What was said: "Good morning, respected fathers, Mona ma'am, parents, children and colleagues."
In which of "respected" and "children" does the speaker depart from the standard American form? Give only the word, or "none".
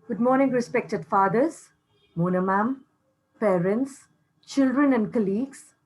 none